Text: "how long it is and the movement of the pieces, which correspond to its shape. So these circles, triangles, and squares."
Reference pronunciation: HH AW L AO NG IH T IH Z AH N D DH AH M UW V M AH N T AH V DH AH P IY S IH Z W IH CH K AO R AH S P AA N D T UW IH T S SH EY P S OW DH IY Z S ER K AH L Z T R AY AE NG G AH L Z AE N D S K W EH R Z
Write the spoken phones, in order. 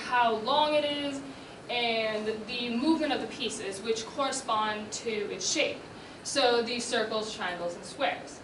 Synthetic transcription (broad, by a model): HH AW L AO NG IH T IH Z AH N DH AH M UW V M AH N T AH V DH AH P IY S IH Z W IH CH K AO R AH S P AA N T UW IH T S SH EY P S OW DH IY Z S ER K L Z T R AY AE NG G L Z N S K W EH R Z